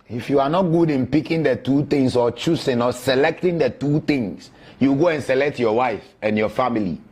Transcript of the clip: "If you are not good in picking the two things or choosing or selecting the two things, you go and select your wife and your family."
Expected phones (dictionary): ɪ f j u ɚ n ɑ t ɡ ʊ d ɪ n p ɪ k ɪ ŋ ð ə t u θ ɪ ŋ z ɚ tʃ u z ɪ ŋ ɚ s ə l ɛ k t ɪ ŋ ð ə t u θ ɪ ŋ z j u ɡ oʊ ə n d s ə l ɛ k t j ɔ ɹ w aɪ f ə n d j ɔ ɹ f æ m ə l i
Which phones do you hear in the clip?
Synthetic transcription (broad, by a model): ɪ f j u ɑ n ɑ t ɡ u d ɪ n p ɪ k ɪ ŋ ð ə t u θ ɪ ŋ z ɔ tʃ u s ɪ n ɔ s ə l ɛ k t ɪ ŋ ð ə t u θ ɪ ŋ s j u ɡ oʊ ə n s ə l ɛ k t j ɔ w aɪ f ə n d j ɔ f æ m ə l i